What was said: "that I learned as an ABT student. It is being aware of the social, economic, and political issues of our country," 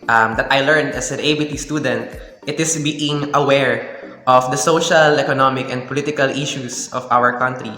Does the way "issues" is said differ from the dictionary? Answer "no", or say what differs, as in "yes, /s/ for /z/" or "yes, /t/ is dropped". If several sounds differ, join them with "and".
yes, /s/ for /z/